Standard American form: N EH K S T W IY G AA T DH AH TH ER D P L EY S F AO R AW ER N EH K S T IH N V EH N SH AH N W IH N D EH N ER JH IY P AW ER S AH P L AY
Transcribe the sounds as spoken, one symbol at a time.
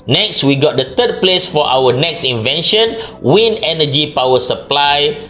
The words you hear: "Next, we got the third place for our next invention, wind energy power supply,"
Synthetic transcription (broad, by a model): N EH K S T W IY G AA T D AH T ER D P L EY S F AO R AW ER N EH K S T IH N V EH N SH AH N W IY N EH N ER JH IY P AW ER S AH P L AY